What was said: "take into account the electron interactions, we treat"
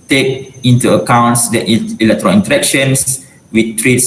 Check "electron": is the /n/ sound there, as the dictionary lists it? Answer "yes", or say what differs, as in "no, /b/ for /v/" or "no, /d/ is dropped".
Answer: no, /l/ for /n/